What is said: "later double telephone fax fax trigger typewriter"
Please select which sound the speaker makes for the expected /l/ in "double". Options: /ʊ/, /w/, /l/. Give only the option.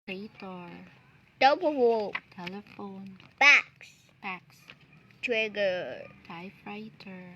/w/